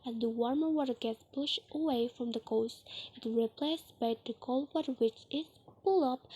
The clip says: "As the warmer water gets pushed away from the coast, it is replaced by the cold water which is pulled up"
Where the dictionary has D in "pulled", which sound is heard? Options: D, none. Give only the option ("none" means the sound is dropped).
none